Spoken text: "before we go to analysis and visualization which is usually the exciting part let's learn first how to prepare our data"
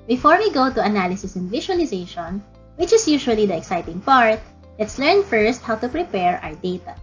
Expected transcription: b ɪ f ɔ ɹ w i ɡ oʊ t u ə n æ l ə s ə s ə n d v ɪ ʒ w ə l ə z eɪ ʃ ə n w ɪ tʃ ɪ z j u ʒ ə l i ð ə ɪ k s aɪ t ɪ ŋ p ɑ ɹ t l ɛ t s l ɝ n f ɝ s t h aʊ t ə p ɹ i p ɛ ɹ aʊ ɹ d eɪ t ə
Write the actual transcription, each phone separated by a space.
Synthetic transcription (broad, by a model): b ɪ f ɔ ɹ w i ɡ oʊ t u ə n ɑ l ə s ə s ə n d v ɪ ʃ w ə l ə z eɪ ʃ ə n w ɪ tʃ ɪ s j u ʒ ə l i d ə ɪ k s aɪ t ɪ ŋ p ɑ ɹ t l ɛ t s l ɝ n f ɝ s t h aʊ t ə p ɹ i p ɛ ɹ aʊ ɹ d eɪ t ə